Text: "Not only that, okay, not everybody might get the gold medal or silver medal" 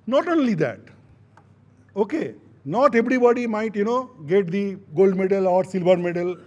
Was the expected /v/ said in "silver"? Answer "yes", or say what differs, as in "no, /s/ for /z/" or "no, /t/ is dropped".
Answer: no, /b/ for /v/